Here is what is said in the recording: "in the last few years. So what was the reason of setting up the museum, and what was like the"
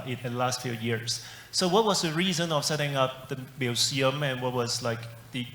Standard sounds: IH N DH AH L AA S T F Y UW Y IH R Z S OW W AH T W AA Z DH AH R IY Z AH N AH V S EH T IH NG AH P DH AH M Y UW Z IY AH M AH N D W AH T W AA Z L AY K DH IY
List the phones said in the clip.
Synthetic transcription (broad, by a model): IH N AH L AA S T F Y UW Y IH R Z S OW W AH T W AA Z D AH R IY Z AH N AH F S EH T IH NG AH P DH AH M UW S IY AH M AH N W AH T W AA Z L AY K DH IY